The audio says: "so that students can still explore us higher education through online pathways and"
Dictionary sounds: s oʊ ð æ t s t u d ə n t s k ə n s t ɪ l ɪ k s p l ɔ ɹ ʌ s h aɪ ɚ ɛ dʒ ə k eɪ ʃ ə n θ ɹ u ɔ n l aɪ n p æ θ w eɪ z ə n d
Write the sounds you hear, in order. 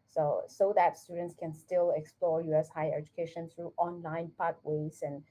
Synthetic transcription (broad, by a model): s oʊ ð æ t s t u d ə n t s k ə n s t ɪ l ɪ k s p l ɔ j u s h aɪ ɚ ɛ dʒ ə k eɪ ʃ ə n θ ɹ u ɔ n l aɪ n p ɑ t w eɪ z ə n